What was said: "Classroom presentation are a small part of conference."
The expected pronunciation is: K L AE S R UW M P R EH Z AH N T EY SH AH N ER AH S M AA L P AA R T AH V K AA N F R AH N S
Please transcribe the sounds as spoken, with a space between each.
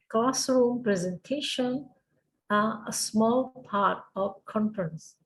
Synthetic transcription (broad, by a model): K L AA S R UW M P R EH Z AH N T EY SH AH N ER AH S M AA L P AA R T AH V K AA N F R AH N S